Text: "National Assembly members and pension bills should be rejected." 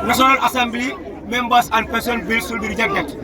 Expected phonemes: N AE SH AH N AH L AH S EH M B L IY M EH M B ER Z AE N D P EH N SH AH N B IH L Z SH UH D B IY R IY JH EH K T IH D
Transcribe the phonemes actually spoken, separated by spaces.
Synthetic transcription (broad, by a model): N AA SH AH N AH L AH S EH M B L IY M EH M B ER S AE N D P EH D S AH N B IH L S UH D B IY R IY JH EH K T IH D